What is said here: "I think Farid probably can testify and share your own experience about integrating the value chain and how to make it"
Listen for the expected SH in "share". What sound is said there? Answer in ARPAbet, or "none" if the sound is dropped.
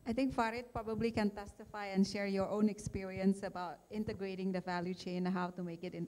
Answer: SH